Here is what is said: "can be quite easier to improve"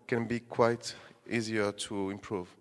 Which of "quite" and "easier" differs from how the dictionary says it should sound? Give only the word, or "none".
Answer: none